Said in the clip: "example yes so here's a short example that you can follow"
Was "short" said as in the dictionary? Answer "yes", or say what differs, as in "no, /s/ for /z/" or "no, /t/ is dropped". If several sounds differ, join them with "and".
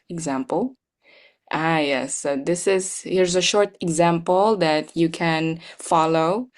yes